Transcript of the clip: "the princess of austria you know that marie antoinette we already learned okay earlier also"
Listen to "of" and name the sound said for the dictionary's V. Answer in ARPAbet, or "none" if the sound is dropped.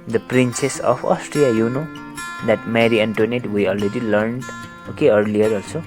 P